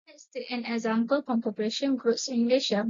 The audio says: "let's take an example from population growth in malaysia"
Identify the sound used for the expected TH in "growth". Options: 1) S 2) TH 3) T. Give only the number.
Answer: 1